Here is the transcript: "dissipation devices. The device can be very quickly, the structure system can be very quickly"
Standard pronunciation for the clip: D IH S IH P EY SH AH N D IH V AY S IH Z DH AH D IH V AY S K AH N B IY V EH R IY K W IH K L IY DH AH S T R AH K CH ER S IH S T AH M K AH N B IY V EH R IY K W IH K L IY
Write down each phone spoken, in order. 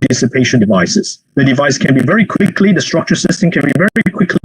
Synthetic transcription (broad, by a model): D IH S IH P EY SH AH N D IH V AY S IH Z DH AH D IH V AY S K AH N B IY V EH R IY K W IH K L IY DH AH S T R AH K CH ER S IH S T AH M K AH N B IY V EH R IY K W IH K L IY